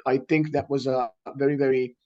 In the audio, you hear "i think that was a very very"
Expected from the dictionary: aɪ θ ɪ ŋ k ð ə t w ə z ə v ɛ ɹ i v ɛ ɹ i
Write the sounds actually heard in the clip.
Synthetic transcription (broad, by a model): aɪ θ ɪ ŋ k ð ə t w ə z ə v ɛ ɹ i v ɛ ɹ i